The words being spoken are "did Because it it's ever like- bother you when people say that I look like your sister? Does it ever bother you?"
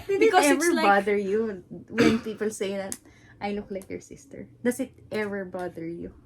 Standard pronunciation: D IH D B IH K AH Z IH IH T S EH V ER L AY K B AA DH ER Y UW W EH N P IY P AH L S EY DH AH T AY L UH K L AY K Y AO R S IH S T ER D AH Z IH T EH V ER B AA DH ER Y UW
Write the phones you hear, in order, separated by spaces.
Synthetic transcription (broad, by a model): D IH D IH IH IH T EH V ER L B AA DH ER Y UW W EH N P IY P AH L S EY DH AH T AY L UH K L AY K Y AO R S IH S T ER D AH S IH T EH V ER B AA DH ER Y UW